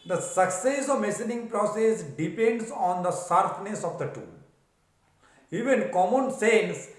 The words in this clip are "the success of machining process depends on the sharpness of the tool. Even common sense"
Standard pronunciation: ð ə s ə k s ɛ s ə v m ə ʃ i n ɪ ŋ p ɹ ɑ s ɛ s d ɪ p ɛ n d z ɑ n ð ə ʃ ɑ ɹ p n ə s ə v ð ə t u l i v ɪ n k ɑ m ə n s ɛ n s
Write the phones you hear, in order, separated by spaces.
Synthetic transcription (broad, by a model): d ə s ə k s ɛ s ə v m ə s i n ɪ ŋ p ɹ ɑ s ɛ s d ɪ p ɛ n d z ɑ n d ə s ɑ ɹ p n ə s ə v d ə t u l i v ɪ n k ɑ m ə n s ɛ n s